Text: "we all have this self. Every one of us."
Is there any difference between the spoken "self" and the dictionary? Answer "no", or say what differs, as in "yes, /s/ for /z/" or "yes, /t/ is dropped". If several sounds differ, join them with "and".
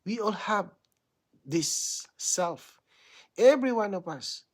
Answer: no